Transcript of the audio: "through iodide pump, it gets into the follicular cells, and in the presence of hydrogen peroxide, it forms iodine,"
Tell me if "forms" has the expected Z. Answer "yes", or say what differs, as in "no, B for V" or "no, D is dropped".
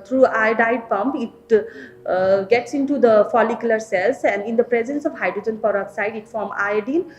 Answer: no, Z is dropped